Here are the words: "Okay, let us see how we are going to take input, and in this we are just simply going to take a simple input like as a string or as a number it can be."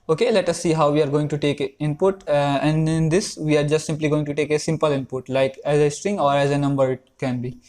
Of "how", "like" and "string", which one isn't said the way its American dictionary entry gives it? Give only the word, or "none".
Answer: none